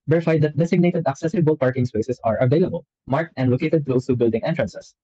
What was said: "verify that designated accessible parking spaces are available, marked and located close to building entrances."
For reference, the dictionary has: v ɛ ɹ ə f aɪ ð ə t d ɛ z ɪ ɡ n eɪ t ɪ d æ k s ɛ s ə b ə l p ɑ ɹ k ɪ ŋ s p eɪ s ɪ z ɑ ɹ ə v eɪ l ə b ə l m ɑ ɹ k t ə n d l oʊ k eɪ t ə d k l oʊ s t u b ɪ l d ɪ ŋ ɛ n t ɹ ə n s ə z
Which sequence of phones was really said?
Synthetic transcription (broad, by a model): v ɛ ɹ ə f aɪ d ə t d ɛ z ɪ ɡ n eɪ t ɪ d æ k s ɛ s ə b ə l p ɑ ɹ k ɪ ŋ s p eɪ s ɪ s ɑ ɹ ə v eɪ l ə b ə l m ɑ ɹ k t ə n d l oʊ k eɪ t ə d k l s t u b ɪ l d ɪ ŋ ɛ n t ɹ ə n s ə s